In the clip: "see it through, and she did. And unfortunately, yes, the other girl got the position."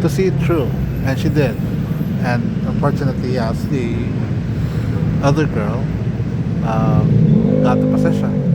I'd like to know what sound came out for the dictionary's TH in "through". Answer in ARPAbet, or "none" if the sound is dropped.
T